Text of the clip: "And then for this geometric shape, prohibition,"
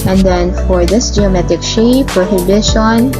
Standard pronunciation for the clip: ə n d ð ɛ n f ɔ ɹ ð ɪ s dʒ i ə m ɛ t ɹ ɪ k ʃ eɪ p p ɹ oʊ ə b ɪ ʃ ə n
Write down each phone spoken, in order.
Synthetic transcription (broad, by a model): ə n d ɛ n f ɔ ɹ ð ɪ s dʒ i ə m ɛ t ɪ k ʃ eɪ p p ɹ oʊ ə b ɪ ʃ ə n